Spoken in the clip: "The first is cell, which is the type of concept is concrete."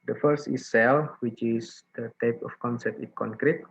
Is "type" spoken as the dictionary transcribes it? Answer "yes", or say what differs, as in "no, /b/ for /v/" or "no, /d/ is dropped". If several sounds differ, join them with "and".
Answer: yes